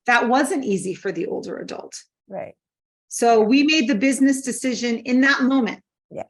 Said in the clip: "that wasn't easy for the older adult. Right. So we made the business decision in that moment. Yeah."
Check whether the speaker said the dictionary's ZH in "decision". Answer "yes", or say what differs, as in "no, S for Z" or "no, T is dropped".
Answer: yes